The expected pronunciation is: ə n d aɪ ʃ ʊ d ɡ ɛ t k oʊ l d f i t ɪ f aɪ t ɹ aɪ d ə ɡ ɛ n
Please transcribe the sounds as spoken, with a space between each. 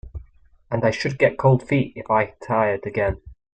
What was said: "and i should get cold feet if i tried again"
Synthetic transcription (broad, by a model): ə n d aɪ ʃ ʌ d ɡ ɛ t k oʊ l d f i t ɪ f aɪ t aɪ d ə ɡ ɛ n